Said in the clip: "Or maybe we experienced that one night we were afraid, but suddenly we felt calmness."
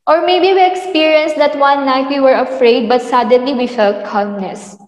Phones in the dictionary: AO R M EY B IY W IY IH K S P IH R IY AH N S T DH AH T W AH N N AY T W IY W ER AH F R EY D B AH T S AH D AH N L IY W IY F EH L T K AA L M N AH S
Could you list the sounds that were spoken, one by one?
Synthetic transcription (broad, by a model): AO R M EY B IY W IY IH K S P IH R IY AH N S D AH T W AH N N AY T W IY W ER AH F R EY D B AH T S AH D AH N L IY W IY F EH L K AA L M N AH S